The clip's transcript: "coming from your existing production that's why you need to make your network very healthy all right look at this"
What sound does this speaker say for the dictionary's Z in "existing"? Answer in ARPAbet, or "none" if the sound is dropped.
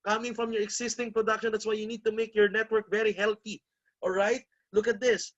S